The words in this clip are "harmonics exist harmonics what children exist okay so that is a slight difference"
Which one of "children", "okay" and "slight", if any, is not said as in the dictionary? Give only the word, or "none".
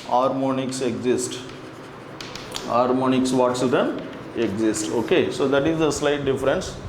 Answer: children